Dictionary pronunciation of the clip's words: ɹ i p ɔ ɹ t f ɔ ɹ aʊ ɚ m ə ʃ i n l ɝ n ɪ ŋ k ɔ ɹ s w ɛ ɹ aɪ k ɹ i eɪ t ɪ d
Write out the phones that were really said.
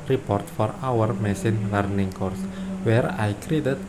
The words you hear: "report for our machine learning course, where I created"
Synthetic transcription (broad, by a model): ɹ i p ɔ ɹ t f ɔ ɹ aʊ ɚ m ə s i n l ɝ n ɪ ŋ k ɔ ɹ s w ɛ ɹ aɪ k ɹ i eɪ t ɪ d